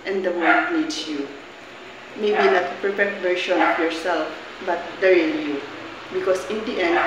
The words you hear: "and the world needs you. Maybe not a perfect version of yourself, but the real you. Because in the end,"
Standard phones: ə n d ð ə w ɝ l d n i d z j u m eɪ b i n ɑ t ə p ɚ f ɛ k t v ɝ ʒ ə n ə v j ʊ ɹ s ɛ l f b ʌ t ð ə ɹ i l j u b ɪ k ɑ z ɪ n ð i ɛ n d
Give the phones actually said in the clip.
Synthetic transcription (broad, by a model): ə n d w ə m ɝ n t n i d s j u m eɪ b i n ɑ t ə p ɚ f ɛ k t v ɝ ʃ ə n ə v j ʊ ɹ s ɛ l f b ʌ t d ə ɹ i n j u b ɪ k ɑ s ɪ n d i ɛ n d